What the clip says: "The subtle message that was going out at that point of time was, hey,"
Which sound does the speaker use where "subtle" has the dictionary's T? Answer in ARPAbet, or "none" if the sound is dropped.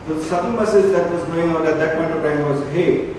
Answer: S